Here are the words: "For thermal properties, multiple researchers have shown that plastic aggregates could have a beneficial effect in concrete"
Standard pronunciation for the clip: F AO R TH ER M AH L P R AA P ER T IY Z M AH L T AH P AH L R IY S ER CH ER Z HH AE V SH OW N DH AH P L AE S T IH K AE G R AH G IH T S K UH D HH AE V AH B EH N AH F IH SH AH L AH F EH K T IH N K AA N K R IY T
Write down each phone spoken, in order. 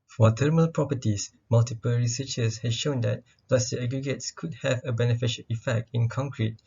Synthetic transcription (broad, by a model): F AO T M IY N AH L P R AA P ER T IY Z M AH L T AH P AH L R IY S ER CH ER S HH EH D SH OW N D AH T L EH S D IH AE G R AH G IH T S K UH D HH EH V AH B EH N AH F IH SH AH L AH F EH K T IH N K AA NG K R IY T